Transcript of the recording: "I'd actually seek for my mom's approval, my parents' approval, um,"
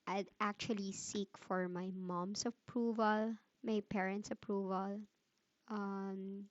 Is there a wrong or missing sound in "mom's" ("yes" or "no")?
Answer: yes